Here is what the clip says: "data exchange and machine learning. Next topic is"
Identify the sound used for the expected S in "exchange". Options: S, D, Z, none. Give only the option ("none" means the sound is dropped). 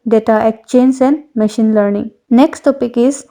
none